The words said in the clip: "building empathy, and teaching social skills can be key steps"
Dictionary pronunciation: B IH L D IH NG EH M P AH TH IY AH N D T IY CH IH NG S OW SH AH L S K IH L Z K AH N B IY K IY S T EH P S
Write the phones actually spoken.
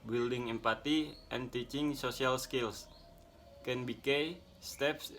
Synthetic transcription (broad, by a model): B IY L D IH NG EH M P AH T IY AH N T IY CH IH NG S OW S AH L S K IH L S K AH N B IY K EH S T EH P S